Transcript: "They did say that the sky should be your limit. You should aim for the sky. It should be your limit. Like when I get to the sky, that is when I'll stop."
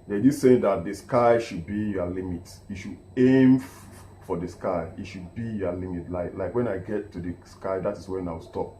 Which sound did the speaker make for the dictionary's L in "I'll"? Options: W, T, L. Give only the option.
W